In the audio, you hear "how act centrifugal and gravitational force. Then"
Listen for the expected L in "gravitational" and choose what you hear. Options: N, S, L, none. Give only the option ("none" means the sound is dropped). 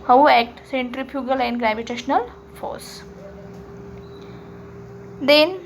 L